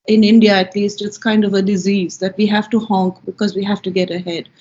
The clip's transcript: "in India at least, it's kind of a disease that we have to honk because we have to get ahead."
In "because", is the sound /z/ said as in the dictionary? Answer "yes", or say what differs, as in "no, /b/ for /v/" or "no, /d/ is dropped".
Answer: yes